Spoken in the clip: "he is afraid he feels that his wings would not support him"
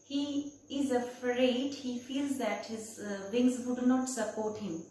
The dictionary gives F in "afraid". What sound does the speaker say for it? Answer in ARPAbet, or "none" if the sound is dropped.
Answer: F